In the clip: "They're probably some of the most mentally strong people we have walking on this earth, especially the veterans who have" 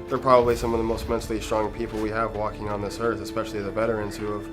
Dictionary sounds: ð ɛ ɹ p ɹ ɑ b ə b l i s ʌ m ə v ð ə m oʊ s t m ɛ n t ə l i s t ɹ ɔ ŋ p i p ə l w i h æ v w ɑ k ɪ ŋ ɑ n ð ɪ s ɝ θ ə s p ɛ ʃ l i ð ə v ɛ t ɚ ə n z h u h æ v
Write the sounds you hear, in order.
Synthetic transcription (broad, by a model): ð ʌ ɹ p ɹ ɑ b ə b l i s ʌ m ə v ð ə m oʊ s t m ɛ n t l i s t ɹ ɔ ŋ p i p l w i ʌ v w ɑ k ɪ ŋ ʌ n ð ɪ s ɝ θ ə s p ɛ ʃ l i ð ə b ɛ t ɚ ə n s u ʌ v